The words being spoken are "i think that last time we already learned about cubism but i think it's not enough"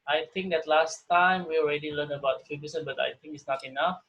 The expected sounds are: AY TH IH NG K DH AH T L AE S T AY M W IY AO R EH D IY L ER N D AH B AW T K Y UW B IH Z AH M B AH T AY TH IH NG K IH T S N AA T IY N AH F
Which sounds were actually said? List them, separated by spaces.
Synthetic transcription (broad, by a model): AY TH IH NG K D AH T L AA S T AY M W IY AO R EH D IY L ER N AH B AW T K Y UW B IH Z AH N B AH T AY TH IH NG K IH T S N AA T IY N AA F